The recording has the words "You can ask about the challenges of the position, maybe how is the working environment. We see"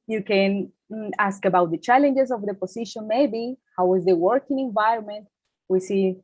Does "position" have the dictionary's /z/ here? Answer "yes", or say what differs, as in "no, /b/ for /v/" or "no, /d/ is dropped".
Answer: no, /s/ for /z/